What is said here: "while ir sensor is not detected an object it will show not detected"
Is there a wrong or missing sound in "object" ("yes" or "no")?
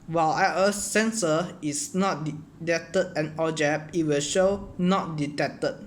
yes